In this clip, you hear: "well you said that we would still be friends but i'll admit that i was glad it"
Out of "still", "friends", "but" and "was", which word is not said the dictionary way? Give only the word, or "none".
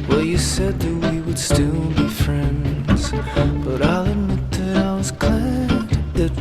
none